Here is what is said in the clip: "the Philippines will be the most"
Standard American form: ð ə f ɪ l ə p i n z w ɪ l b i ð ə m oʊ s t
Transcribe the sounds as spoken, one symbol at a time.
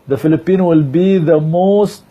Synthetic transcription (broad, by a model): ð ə f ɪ l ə p i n w ɪ l b i ð ə m oʊ s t